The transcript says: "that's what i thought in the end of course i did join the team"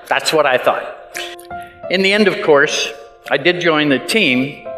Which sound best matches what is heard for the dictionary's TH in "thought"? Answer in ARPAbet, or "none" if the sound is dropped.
TH